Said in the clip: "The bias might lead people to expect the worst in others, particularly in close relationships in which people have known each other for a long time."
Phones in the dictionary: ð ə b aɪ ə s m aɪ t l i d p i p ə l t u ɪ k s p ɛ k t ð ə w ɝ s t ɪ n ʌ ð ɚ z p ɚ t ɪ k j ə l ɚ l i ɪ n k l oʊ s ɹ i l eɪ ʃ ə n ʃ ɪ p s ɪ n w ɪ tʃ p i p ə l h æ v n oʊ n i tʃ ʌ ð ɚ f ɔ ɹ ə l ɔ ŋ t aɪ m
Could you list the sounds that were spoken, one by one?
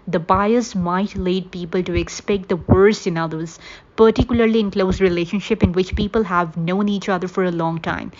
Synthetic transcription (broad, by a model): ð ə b aɪ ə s m aɪ t l i d p i p ə l t u ɪ k s p ɛ k t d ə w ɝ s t ɪ n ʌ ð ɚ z p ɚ t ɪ k j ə l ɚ l i ɪ n k l oʊ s ɹ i l eɪ ʃ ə n ʃ ɪ p ɪ n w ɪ tʃ p i p ə l h æ v n oʊ n i tʃ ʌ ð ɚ f ɔ ɹ ə l ɔ ŋ t aɪ m